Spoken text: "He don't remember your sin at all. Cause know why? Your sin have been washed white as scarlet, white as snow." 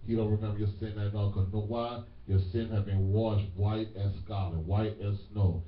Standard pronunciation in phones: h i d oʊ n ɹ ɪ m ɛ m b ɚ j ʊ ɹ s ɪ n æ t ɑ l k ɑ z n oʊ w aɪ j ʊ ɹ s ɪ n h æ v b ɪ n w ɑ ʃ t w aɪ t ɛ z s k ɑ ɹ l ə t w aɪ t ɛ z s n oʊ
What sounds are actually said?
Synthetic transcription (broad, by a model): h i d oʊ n ɹ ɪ m ɛ m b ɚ j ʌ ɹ s ɪ n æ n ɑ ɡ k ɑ n oʊ w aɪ j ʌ ɹ s ɪ n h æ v b ɪ n w ɑ ʃ t w aɪ t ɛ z s k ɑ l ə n w aɪ t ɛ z s n oʊ